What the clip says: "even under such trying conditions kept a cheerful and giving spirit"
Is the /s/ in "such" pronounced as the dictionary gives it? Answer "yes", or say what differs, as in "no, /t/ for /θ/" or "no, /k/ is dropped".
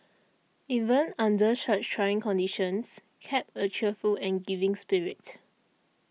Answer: no, /ʃ/ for /s/